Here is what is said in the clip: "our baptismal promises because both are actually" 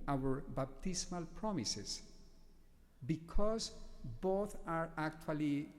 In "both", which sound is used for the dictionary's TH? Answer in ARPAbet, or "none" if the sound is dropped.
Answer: T